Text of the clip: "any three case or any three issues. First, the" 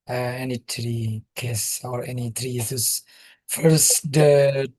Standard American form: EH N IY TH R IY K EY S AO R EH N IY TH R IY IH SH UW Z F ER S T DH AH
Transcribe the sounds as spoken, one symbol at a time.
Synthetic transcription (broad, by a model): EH N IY T R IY K EY S AO R EH N IY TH R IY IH S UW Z F ER S T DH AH